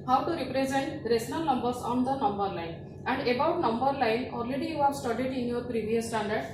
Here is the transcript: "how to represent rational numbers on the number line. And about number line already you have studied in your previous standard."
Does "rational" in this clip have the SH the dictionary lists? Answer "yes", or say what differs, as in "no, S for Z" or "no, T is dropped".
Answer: no, S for SH